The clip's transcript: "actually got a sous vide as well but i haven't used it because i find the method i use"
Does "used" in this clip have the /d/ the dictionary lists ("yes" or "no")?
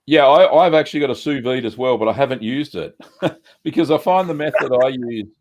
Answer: yes